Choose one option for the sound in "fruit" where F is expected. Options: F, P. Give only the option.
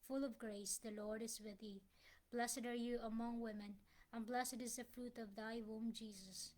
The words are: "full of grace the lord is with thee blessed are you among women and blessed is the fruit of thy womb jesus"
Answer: F